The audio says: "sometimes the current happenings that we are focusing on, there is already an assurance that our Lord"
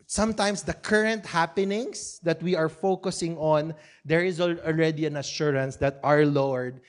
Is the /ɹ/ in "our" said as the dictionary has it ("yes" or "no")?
yes